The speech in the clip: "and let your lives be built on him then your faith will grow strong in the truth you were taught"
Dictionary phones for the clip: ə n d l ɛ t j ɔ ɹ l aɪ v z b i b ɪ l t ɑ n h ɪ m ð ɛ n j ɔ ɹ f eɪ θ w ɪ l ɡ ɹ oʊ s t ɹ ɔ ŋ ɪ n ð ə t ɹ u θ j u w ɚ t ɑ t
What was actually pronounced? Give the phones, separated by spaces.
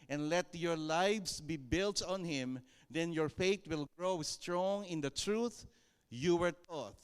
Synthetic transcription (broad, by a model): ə n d l ɛ t j ɔ ɹ l aɪ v s b i b ɪ l t ɑ n h ɪ m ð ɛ n j ɔ ɹ f eɪ t w ɪ l ɡ ɹ oʊ s t ɹ ɔ ŋ ɪ n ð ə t ɹ u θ j u w ɚ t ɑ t